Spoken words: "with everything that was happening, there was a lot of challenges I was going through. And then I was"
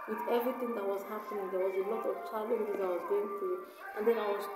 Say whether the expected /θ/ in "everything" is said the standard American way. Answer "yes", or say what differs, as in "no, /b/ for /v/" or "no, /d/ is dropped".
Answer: no, /t/ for /θ/